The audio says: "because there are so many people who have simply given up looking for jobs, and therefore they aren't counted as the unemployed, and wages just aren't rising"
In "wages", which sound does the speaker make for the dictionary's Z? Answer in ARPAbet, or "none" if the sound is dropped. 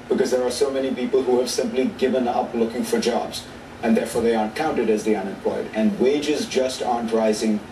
Z